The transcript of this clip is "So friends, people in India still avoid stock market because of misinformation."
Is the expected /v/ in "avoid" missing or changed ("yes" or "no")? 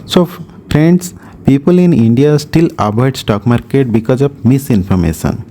yes